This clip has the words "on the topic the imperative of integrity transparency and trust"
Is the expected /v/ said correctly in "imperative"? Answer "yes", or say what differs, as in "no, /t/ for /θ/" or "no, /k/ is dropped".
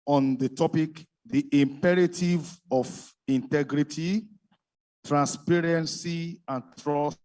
yes